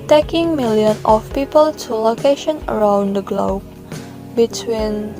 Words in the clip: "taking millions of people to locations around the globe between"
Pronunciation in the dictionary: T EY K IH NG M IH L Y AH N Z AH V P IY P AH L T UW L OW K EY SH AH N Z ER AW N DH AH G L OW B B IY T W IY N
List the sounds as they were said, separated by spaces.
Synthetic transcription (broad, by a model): T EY K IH NG M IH L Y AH N AH F P IY P AH L T UW L OW K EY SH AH N ER AW N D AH G L OW B B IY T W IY N